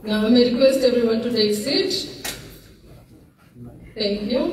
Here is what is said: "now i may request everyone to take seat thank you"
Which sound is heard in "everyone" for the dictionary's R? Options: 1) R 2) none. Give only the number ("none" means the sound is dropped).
1